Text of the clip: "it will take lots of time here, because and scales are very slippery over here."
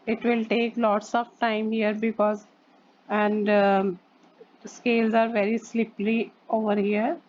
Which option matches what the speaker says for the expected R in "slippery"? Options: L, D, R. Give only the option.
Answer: L